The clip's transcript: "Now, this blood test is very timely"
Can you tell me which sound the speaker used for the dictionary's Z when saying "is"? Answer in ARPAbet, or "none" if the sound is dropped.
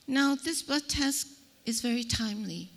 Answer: Z